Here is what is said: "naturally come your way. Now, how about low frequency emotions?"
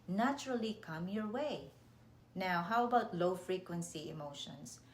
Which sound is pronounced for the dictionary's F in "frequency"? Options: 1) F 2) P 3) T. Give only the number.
1